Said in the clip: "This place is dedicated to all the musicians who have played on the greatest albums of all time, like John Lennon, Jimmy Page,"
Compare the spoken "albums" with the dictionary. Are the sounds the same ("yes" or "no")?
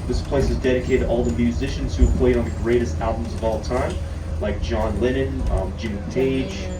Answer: yes